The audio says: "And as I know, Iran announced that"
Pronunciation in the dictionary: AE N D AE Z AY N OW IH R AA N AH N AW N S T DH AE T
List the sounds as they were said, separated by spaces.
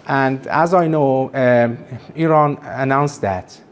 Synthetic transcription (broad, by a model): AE N D AE Z AY N OW IH R AA N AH N AW N S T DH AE T